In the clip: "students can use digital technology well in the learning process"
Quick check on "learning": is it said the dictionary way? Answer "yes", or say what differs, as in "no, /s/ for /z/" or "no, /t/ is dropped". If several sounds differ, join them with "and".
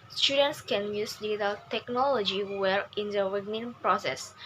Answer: no, /w/ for /l/